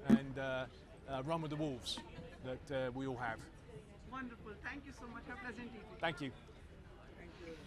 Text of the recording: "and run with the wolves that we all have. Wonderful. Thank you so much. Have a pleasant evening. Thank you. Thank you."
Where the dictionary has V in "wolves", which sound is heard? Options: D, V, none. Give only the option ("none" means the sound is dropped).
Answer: V